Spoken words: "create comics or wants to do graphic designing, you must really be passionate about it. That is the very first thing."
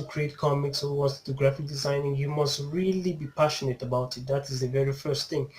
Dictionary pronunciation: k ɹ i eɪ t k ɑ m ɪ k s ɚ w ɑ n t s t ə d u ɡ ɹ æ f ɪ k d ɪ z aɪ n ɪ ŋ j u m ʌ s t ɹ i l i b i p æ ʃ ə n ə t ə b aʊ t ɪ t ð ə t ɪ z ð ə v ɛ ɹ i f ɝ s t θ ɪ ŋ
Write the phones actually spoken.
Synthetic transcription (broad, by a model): k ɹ i eɪ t k ɑ m ɪ k s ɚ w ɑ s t t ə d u ɡ ɹ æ f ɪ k d ɪ z aɪ n ɪ ŋ j u m ʌ s t ɹ i l i b i p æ ʃ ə n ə t ə b aʊ t ɪ t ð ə t ɪ z ð ə v ɛ ɹ i f ɝ s t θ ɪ ŋ